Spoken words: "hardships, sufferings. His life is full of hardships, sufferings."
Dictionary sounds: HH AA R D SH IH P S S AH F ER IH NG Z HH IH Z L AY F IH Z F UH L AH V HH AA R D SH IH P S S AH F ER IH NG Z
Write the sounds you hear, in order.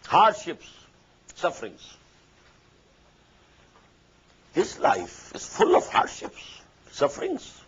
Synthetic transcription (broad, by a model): HH AA R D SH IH P S S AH F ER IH NG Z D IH S L AY F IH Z F UH L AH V HH AA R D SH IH P S S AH F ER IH NG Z